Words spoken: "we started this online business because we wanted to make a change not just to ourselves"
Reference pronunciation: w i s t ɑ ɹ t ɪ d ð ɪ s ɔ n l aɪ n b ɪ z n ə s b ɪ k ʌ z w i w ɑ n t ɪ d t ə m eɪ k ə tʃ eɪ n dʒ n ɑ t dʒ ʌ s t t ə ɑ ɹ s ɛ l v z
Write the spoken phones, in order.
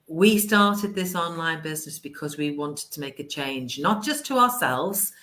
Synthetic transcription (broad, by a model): w i s t ɑ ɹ t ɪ d ð ɪ s ɔ n l aɪ n b ɪ z n ə s b ɪ k ʌ z w i w ɑ n t ɪ d t ə m eɪ k ə tʃ eɪ n dʒ n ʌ t dʒ ʌ s t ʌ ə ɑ s ɛ l v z